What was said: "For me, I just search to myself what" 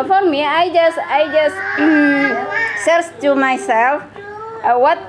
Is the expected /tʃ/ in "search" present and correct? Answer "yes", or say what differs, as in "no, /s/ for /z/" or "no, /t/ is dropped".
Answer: no, /s/ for /tʃ/